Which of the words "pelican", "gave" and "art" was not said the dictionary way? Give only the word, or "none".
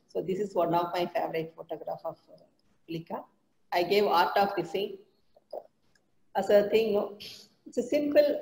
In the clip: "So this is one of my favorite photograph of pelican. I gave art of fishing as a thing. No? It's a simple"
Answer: pelican